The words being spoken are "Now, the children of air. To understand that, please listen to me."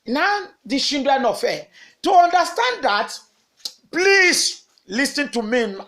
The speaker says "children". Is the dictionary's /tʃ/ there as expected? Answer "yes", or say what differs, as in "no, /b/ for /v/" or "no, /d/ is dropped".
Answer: no, /ʃ/ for /tʃ/